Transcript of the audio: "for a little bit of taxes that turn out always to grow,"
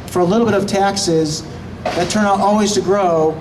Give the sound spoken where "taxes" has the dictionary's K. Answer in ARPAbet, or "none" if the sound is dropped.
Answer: K